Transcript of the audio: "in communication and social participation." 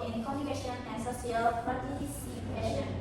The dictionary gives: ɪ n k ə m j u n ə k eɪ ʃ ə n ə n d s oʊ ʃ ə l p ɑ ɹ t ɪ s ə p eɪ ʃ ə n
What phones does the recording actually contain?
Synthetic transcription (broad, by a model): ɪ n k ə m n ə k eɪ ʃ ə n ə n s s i ə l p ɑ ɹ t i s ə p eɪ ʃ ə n